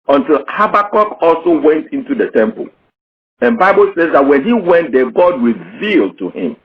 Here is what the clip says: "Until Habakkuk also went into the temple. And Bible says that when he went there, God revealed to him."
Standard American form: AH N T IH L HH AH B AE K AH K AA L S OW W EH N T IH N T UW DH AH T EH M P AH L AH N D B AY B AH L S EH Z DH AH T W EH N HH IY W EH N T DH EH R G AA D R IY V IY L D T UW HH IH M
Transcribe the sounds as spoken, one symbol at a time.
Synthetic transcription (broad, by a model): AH N T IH L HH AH B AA K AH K AA L S OW W EH N T IH N T UW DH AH T EH M P AH L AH N B AY B AH L S EH Z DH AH T W EH N HH IY W EH N T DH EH G AA D R IY V IY L D T UW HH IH M